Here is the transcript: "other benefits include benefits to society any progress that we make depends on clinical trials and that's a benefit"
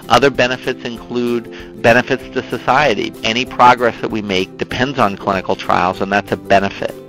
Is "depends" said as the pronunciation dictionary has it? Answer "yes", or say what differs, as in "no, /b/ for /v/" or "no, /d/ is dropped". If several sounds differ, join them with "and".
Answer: yes